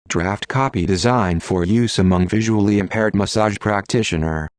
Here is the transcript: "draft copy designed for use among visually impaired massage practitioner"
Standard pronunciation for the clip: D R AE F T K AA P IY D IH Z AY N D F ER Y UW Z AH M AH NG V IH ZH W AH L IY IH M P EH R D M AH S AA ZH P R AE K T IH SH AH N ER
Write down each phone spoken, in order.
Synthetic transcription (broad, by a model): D R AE F T K AA P IY D IH Z AY N D F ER Y UW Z AH M AH NG V IH ZH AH L IY IH M P EH R D M AH S AA ZH P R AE K T IH SH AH N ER